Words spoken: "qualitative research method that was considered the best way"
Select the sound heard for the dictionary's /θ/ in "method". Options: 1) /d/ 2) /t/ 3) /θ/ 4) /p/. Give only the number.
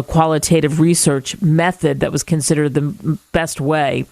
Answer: 3